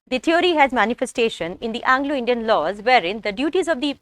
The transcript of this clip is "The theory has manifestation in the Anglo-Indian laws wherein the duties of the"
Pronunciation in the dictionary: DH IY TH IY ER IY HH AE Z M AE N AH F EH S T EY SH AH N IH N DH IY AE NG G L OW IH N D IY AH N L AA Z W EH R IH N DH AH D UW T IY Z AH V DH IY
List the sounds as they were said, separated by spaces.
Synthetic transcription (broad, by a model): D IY T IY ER IY HH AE Z M AE N AH F EH S T EY SH AH N IH N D IY AE NG G L OW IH N D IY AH N L AA Z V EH R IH N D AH D UW T IY Z AH V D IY